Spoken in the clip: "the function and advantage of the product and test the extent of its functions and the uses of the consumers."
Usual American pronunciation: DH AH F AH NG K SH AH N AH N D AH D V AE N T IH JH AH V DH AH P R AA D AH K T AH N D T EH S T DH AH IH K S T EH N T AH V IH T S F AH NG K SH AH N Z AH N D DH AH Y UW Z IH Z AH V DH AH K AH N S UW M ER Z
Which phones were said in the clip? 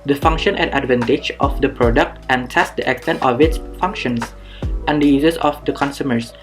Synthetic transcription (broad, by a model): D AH F AH NG K SH AH N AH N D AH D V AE N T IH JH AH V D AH P R AA D AH K T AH N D T EH S T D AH IH K S T EH N T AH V IH T S F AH NG K SH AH N S AH N D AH Y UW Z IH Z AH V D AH K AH N S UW M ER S